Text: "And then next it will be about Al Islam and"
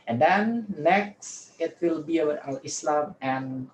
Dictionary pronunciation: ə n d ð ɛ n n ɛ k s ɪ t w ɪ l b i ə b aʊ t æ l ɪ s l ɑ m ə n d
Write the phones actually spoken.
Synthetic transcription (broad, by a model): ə n d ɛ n n ɛ k s ɪ t w ɪ l b i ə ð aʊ ʌ ɪ s l ɑ m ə n